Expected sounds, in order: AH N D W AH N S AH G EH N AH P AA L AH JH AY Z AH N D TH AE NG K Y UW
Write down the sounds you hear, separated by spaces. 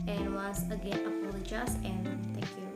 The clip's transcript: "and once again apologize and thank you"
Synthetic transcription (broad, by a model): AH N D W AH S AH G EH N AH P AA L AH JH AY S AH N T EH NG K Y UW